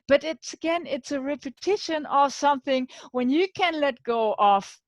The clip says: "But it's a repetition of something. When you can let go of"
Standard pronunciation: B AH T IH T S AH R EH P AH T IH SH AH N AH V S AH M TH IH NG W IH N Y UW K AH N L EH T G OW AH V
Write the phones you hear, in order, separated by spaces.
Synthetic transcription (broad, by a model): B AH T IH T S AH R EH P AH T IH SH AH N AH V S AH M TH IH NG W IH N Y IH K AH N L EH T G OW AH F